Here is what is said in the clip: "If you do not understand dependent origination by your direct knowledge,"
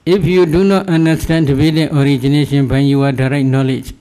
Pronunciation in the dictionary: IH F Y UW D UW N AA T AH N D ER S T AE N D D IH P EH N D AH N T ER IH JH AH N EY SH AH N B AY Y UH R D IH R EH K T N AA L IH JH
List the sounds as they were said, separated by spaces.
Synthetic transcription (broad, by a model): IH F Y UW D UW N AA T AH N D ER S T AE N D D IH B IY D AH T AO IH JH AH N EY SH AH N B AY Y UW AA D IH R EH T N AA L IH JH